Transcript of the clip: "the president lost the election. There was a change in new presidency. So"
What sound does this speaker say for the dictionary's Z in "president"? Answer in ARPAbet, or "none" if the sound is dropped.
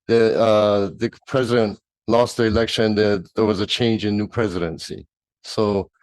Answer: Z